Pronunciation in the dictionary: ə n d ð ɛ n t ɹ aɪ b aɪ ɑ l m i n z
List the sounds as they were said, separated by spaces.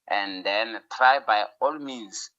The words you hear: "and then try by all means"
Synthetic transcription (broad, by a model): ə n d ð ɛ n t ɹ aɪ b aɪ ɑ l m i n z